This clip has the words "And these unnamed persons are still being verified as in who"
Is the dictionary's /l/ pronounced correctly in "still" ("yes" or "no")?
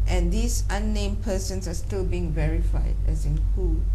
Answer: yes